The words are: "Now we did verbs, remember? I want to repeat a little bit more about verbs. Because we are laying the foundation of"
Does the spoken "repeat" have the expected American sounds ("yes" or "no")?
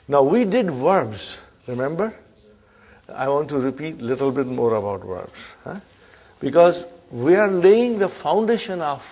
yes